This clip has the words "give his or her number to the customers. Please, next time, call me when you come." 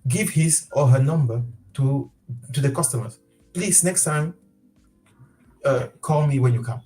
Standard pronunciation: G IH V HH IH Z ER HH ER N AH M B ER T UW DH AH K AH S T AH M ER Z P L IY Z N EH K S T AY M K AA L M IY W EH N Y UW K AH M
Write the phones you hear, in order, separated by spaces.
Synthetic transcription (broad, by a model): G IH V HH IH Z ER HH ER N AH M B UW T UW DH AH K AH S T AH M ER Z P L IY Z N EH K S T AY M K AA L M IY W EH N Y UW K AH M